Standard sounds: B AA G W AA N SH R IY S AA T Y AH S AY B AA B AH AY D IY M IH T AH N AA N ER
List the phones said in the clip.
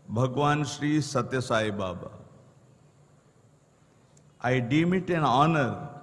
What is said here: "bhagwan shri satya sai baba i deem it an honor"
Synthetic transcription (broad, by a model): B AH G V AA N SH R IY S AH T Y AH S AY B AA B AH AY D IY M IH T AH N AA N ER